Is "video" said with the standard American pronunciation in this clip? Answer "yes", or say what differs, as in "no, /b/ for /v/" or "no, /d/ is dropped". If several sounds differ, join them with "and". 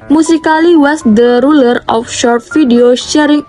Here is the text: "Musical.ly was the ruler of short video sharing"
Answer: no, /f/ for /v/